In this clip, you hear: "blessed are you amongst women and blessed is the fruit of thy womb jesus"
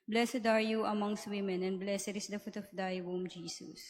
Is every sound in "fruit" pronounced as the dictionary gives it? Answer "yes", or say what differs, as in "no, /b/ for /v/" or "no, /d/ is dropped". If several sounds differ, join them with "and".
no, /ɹ/ is dropped